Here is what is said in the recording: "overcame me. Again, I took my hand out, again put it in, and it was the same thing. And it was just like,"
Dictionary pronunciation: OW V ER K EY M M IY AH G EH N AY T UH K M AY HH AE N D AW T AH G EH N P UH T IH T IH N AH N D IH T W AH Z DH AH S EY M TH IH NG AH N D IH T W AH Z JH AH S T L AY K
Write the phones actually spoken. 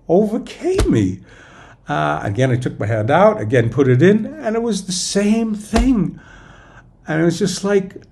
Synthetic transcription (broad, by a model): OW V ER K EY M M IY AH G EH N AY T UH K M AY HH AE N D AW T AH G EH N P UH T IH T IH N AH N IH T W AH Z DH AH S EY M TH IH NG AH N IH T W AH Z JH AH S T L AY K